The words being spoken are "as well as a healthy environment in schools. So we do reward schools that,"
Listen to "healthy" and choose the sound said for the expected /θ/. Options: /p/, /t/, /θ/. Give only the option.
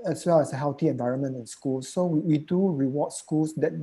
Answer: /t/